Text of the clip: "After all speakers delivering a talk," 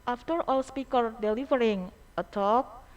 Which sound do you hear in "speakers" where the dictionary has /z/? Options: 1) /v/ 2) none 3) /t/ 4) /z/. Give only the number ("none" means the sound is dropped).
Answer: 2